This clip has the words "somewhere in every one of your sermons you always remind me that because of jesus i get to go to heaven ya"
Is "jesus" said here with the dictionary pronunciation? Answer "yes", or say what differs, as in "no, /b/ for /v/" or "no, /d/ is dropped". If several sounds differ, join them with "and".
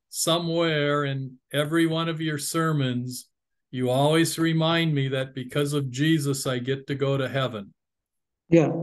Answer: yes